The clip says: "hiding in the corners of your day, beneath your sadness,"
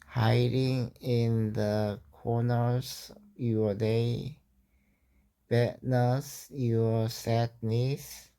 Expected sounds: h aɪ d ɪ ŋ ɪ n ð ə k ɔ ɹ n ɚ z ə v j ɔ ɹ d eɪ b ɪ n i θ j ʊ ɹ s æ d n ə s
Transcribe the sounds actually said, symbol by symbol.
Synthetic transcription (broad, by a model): h aɪ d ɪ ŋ ɪ n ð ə k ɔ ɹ n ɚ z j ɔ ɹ d eɪ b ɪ n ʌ s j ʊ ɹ s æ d n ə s